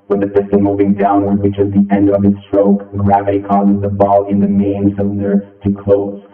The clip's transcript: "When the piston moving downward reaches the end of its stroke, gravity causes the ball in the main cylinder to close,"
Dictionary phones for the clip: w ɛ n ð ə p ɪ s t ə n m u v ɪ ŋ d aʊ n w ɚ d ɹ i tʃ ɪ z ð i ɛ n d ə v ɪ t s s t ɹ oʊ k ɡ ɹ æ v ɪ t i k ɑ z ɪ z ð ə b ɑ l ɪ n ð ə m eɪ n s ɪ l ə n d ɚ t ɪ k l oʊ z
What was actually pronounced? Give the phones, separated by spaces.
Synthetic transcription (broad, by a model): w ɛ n ð ə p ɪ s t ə m u v ɪ ŋ d aʊ n w ɚ d w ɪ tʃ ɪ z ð i ɛ n d ə v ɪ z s s t ɹ oʊ k ɡ ɹ æ v ɪ t i k ɑ z ɪ z ð ə b ɑ l ɪ n ð ə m eɪ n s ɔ ə n ɚ t ɪ k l oʊ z